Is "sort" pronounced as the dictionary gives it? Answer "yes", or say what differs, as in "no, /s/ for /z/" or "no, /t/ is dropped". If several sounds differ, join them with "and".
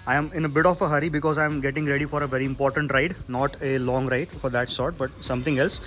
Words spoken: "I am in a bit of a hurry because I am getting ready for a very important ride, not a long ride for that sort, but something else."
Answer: yes